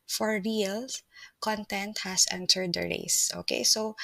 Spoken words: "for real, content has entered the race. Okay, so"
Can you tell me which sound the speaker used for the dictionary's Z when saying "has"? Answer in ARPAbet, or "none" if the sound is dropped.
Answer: S